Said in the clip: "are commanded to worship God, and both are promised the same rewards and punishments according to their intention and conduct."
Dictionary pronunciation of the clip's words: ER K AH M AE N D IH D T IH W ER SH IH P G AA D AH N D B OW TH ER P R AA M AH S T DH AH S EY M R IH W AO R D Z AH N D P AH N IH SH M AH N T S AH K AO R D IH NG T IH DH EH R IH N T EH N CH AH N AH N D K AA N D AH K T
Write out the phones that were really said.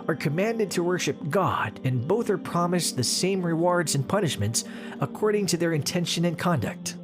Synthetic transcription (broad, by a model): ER K AH M AE N D IH D T IH W ER SH IH P G AA D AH N B OW TH ER P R AA M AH S DH AH S EY M R IH W AO R D Z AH N P AH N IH SH M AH N T S AH K AO R D IH NG T IH DH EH R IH N T EH N SH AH N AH N K AA N D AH K T